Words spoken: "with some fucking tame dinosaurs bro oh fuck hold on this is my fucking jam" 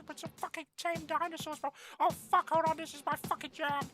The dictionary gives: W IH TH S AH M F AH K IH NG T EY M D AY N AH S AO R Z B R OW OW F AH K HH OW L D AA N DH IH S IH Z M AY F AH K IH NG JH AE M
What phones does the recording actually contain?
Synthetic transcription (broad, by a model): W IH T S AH F AH K IH NG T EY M D AY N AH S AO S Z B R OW OW F AH K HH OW D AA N DH IH S IH Z M AY F AH K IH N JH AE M